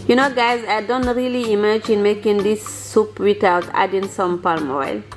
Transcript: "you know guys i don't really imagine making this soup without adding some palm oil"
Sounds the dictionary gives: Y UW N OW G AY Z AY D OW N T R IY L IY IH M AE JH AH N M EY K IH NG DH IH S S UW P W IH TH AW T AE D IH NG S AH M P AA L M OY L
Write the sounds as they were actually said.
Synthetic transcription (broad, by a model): Y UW N OW G AY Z AY D OW N T R IY L IY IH M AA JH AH N M EY K IH NG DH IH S S UW P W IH T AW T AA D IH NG S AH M P AA L M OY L